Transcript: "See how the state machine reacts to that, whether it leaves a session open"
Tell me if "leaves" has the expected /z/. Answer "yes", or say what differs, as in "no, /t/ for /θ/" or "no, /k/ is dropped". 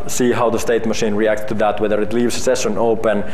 no, /s/ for /z/